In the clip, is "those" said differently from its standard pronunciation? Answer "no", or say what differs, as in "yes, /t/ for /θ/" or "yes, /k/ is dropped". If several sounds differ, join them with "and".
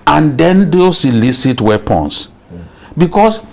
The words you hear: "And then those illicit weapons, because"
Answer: yes, /s/ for /z/